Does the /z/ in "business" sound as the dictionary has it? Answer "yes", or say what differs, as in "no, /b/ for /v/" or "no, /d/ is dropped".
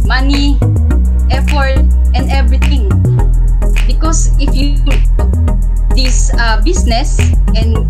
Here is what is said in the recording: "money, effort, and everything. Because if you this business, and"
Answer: no, /s/ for /z/